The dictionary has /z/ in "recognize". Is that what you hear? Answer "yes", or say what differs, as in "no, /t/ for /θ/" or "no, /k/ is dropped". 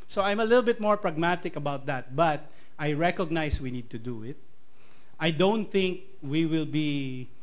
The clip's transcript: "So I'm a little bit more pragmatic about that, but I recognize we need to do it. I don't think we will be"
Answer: no, /s/ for /z/